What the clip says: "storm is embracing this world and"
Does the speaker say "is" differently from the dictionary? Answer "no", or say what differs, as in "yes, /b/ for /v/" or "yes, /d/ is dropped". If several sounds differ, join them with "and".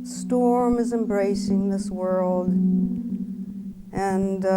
no